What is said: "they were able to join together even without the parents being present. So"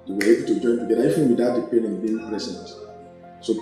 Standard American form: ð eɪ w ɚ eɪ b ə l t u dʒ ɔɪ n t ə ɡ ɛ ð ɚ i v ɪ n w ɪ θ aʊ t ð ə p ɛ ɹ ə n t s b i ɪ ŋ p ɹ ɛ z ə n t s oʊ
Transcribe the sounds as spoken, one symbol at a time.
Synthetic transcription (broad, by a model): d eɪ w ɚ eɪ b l t u dʒ ɔɪ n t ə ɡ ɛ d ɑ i f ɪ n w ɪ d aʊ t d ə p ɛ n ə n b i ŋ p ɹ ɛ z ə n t s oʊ